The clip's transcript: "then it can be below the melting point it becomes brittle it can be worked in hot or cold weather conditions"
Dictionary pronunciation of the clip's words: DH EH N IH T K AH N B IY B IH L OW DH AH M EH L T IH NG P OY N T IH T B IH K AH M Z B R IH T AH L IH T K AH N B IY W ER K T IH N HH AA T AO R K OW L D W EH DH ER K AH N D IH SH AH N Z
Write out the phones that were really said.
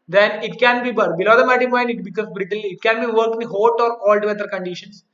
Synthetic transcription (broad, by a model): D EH N IH T K AH N B IY B IH L OW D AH M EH T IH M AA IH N IH T B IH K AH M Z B R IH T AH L IH T K AH N B IY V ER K IH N HH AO T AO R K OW L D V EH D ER K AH N D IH SH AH N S